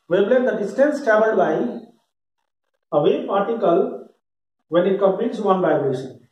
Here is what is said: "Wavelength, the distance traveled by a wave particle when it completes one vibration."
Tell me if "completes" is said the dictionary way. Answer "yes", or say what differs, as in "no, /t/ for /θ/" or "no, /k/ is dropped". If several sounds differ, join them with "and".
no, /l/ is dropped